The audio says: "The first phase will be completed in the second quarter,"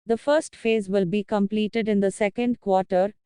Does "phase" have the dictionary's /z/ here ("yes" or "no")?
yes